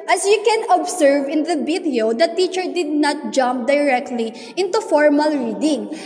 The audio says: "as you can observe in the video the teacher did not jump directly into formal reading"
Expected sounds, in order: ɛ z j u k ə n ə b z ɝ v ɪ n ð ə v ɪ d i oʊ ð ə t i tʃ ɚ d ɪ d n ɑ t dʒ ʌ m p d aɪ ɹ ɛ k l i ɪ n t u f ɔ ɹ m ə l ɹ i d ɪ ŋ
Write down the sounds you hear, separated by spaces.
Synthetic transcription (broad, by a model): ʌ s j u k ə n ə b s ɝ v ɪ n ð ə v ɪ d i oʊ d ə t i tʃ ɚ d ɪ d n ɑ t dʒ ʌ m p d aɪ ɹ ɛ k l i ɪ n t u f ɔ ɹ m ə l ɹ i d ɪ ŋ